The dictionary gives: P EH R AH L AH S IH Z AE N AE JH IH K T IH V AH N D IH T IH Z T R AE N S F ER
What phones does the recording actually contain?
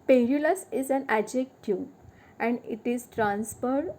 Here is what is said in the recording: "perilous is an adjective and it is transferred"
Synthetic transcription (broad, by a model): P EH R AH L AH S IH Z AE N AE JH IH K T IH AH N D IH T IH Z T R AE N S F ER